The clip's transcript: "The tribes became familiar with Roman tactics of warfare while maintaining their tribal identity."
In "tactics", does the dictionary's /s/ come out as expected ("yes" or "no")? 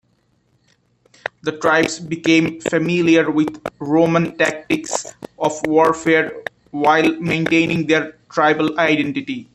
yes